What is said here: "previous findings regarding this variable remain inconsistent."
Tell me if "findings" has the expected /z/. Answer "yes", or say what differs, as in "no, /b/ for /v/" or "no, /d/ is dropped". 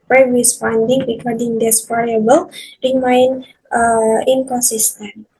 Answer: no, /z/ is dropped